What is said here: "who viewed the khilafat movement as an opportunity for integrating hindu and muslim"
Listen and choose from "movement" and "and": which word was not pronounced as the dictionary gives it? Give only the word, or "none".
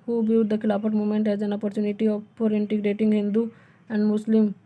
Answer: movement